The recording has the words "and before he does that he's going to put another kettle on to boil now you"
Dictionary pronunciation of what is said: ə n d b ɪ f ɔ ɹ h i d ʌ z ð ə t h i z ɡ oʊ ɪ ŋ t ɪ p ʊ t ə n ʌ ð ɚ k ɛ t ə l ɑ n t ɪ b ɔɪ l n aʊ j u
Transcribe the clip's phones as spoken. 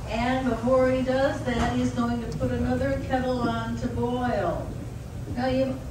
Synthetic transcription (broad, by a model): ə n b ɪ f ɔ ɹ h i d ʌ z ð ə t h i z ɡ oʊ ɪ ŋ t ɪ p ʊ t ə n ʌ ð ɚ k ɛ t l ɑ n t ɪ b ɔɪ l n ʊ j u